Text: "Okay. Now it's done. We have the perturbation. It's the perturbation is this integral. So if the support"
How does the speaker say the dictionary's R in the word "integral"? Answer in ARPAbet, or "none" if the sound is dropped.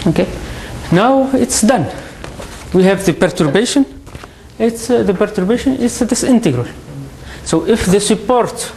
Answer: R